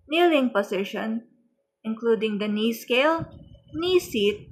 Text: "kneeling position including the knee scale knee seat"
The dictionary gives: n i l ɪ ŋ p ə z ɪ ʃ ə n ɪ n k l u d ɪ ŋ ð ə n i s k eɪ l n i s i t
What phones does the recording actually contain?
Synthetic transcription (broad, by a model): n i l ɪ ŋ p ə s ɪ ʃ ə n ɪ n k l u d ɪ ŋ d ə n i s k eɪ l n i s i t